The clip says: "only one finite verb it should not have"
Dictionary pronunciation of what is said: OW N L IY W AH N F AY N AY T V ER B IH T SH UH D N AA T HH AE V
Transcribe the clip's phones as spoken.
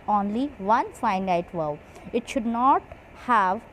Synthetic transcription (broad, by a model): OW N L IY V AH N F AY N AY T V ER IH T SH UH D N AA T HH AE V